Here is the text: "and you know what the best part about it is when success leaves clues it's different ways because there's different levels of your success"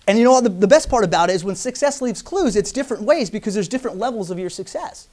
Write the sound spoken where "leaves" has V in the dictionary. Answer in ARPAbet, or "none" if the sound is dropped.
V